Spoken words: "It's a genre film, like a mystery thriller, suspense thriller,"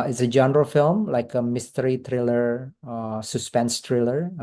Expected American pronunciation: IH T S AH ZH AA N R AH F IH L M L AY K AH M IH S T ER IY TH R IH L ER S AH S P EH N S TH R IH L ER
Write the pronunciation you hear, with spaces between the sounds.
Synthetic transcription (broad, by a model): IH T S AH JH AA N R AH F IH L M L AY K AH M IH S T ER IY T R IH L ER S AH S P EH N S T R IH L ER